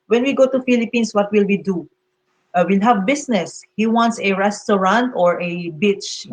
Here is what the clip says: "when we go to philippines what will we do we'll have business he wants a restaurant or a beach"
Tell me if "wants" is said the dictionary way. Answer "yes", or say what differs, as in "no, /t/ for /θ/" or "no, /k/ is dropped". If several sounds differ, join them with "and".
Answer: yes